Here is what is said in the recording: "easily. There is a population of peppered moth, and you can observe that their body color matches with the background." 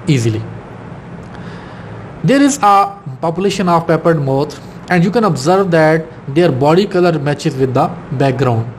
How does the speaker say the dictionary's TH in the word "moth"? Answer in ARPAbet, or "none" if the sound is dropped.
T